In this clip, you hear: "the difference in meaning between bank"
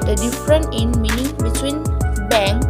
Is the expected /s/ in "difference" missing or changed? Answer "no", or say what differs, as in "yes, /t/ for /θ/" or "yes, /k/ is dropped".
yes, /s/ is dropped